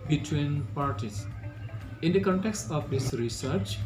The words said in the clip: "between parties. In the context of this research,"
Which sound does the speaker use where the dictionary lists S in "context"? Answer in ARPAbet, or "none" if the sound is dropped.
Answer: S